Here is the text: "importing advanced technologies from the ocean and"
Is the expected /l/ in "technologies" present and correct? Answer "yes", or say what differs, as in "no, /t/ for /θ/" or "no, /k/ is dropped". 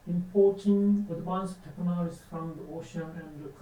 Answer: no, /n/ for /l/